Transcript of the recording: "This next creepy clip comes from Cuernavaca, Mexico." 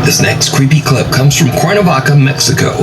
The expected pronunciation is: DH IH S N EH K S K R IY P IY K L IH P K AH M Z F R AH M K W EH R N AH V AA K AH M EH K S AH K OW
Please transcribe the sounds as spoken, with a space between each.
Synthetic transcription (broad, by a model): DH IH S N EH K S K R IY P IY K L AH B K AH M Z F R AH M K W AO R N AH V AA K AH M EH K S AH K OW